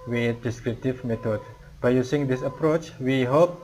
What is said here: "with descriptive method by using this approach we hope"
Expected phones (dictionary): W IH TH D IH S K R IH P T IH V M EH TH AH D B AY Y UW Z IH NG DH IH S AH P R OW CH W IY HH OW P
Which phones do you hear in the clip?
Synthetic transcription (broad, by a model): W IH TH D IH S K R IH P T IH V M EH T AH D B AY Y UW S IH NG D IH S AH P R OW CH W IY HH OW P